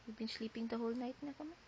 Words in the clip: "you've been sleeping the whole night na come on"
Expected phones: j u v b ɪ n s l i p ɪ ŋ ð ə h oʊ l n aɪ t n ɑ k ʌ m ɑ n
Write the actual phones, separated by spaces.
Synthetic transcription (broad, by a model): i b ɪ n s l i p ɪ ŋ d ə h oʊ l n aɪ t n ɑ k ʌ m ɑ